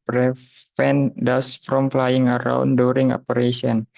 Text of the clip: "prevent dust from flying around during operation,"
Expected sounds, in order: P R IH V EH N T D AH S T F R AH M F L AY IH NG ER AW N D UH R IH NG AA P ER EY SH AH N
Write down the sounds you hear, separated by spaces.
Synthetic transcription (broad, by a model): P R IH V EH N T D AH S F R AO M F L AY IH NG ER AW N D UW R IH NG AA P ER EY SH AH N